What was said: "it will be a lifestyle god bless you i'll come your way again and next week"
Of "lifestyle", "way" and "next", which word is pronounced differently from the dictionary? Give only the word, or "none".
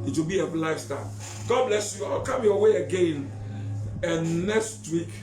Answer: lifestyle